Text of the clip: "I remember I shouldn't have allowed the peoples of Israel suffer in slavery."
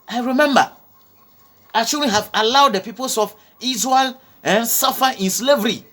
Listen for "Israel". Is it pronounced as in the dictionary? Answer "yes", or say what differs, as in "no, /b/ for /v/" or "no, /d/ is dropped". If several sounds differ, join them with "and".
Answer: no, /n/ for /l/